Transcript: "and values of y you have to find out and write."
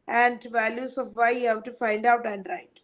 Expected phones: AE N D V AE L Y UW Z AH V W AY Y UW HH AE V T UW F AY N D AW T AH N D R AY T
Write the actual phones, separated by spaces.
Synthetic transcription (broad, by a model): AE N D V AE L Y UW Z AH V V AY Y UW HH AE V T UW F AY N D AW T AH N D R AY T